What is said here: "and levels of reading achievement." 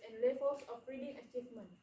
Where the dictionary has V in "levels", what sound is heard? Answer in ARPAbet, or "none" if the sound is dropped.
F